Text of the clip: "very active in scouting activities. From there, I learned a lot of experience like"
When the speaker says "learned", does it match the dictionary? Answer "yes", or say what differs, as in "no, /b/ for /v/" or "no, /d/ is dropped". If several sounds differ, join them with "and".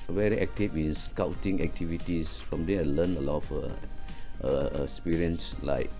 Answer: no, /d/ is dropped